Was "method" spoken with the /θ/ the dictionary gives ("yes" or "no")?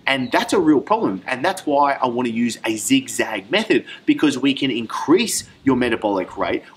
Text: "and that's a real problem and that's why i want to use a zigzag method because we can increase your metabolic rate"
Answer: yes